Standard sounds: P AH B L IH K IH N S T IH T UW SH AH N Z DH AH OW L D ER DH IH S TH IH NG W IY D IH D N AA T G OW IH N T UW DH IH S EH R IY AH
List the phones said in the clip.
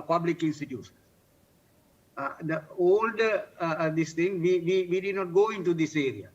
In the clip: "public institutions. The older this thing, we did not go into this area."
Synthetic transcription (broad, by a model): P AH B L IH K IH N S T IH T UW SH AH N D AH OW L D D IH S T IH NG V IY D IH D N AA T G OW IH N T UW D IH S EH R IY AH